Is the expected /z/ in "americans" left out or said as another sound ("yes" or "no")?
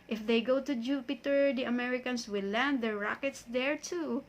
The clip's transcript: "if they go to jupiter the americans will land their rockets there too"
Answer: yes